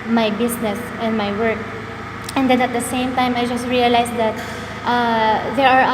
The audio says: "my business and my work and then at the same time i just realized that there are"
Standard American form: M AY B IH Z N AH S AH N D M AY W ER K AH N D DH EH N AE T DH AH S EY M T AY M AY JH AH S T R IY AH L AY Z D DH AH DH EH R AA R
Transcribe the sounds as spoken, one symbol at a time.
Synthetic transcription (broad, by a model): M AY B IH S N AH S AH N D M AY W ER K AH N D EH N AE T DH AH S EY M T AY M AY JH AH S T R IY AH L AY S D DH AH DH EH R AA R